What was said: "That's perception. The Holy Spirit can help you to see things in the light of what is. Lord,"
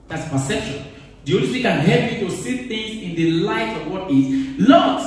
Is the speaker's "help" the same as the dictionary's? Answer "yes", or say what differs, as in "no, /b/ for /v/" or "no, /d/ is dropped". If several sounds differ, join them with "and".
no, /l/ is dropped